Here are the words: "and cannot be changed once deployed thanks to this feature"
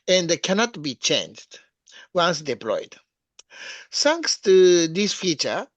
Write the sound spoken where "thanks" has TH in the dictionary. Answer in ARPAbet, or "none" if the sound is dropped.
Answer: S